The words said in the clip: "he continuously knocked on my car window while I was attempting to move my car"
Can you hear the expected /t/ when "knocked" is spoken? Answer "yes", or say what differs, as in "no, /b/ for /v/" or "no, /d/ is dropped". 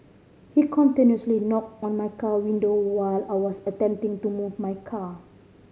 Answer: yes